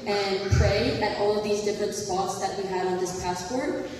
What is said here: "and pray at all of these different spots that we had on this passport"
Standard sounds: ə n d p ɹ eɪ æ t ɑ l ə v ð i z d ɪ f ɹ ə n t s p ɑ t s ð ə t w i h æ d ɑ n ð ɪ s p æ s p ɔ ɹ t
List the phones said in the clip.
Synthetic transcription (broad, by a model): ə n p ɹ eɪ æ t ɑ l ə v ð i z d ɪ f ɹ ə n t s p ɑ t s ð ə t w i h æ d n ð ɪ s p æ s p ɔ ɹ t